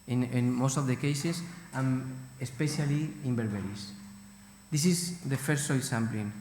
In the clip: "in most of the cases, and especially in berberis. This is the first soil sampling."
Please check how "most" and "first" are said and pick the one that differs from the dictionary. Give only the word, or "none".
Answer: first